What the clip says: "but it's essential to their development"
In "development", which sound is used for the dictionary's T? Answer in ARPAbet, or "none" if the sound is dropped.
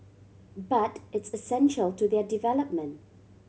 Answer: T